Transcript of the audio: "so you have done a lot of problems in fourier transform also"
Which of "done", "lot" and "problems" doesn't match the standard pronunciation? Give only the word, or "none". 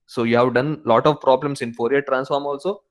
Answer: problems